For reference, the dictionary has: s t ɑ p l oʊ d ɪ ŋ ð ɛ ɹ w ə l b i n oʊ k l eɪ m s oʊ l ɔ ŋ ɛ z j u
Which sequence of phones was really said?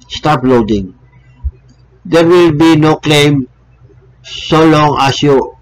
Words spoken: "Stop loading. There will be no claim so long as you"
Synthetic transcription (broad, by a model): s t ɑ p l oʊ d ɪ ŋ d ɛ ɹ w ə l b i n oʊ k l eɪ m s oʊ l ɔ ŋ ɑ s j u